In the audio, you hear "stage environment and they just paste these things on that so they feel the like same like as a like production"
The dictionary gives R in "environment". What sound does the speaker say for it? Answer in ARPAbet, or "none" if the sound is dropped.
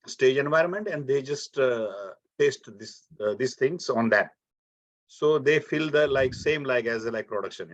R